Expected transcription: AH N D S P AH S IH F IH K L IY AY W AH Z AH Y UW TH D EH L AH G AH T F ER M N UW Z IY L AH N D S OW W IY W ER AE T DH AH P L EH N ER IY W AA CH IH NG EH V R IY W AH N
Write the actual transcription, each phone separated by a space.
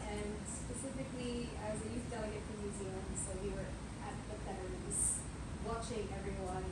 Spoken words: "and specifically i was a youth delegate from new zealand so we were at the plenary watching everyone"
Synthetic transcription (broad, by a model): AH N S P AH S IH F IH K L IY AY W AH Z AH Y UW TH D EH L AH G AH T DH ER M N UW Z IY L AH N D S OW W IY W ER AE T DH AH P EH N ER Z W AA CH IH NG EH V R IY W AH N